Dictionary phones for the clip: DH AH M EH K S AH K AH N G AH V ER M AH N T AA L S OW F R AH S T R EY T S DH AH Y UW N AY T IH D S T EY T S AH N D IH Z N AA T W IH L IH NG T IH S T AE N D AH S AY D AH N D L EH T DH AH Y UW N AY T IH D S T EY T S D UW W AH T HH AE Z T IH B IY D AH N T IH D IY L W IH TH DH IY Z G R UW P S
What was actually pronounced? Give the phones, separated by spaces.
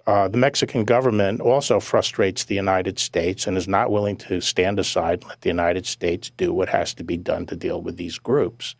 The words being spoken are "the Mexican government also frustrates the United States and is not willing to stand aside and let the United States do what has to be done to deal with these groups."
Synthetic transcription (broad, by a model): DH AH M EH K S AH K N G AH V ER M AH N T AA L S OW F R AH S T R EY T S DH AH Y UW N AY T IH D S T EY T S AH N IH Z N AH T W IH L IH NG T IH S T AE N D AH S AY AH D L EH T DH AH Y UW N AY T IH D S T EY T S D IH W AH T HH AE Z T IH B IY D AH N T IH D IY L W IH DH IY Z G R UW P S